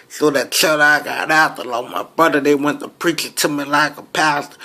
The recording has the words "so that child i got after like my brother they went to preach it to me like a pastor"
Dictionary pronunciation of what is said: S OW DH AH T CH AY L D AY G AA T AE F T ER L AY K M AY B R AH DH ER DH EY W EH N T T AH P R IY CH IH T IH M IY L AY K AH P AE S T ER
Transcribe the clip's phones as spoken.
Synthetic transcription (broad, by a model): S OW DH AH T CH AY D AY G AA T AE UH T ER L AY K M AY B AH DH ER DH EY W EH N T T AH P R IY CH IH T IH M IY L AY K AH P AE S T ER